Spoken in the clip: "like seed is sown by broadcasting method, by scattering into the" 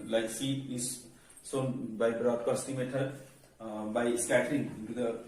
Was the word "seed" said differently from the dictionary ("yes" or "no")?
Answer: yes